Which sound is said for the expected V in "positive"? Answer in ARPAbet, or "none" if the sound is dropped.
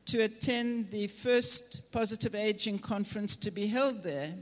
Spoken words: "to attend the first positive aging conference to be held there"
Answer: V